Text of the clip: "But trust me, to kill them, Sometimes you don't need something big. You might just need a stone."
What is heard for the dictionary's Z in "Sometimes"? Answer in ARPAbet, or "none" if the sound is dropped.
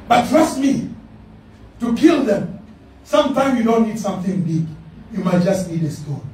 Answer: none